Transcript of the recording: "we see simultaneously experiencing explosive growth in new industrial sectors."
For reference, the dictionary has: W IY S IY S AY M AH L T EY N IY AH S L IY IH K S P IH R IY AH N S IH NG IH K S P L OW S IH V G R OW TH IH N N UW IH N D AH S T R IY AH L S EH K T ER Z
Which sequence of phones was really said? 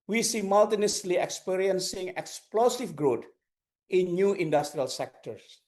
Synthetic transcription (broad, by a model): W IY S IY M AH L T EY N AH S L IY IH K S P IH R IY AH N S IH NG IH K S P L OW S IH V G R OW T IH N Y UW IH N D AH S T R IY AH L S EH K T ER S